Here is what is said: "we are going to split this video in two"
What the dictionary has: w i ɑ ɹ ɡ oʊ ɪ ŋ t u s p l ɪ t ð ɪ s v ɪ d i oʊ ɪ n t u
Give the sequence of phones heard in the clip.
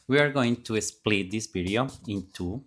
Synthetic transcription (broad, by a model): w i ɑ ɹ ɡ oʊ ɪ ŋ t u s p l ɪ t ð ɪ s p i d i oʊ ɪ n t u